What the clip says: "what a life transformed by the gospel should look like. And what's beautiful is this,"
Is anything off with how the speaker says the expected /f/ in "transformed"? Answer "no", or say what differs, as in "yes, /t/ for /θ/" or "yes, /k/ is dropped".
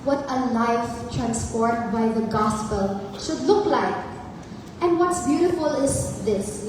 yes, /p/ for /f/